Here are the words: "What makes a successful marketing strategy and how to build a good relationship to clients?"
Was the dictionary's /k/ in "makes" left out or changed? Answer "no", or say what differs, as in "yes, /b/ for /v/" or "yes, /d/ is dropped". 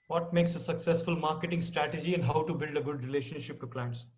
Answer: no